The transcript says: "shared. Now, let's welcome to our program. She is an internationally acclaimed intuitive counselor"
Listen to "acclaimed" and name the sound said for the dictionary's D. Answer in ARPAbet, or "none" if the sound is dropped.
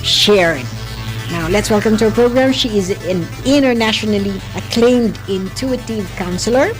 D